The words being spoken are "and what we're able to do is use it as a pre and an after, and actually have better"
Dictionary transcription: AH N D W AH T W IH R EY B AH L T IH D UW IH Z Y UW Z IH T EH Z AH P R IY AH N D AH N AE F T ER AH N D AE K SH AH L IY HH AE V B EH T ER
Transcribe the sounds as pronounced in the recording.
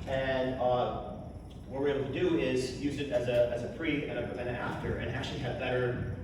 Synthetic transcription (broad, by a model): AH N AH W AH T W IH R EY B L T IH D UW IH Z Y UW Z IH T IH Z AH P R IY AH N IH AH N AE F T ER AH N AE K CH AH L IY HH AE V B EH T ER